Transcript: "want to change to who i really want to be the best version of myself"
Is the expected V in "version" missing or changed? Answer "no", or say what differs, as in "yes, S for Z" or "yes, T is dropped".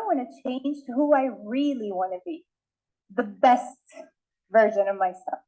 no